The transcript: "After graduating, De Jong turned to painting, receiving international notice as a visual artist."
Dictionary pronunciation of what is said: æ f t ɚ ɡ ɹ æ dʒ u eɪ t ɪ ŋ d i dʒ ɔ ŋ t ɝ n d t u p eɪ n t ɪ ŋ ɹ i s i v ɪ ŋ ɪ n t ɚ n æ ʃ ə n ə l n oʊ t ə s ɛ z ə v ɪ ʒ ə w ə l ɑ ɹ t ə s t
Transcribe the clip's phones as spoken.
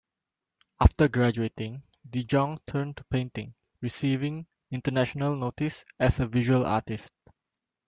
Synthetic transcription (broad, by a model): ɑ f t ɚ ɡ ɹ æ dʒ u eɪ t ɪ ŋ d i dʒ ɔ ŋ t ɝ n t u p eɪ n t ɪ ŋ ɹ i s i v ɪ ŋ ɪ n t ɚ n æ ʃ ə n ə l n oʊ t ə s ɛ s ə v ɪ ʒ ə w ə l ɑ t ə s t